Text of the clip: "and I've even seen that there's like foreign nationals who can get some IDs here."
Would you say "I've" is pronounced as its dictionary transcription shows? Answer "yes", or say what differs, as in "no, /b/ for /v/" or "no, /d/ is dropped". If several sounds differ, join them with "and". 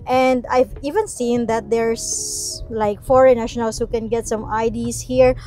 yes